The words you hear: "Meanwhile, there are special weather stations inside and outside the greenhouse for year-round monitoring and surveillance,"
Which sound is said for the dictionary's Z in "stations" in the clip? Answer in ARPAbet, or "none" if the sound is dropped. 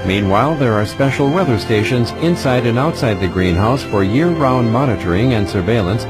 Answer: Z